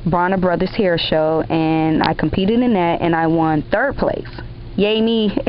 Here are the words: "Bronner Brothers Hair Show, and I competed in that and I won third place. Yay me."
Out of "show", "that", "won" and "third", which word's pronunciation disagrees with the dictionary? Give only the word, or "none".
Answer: none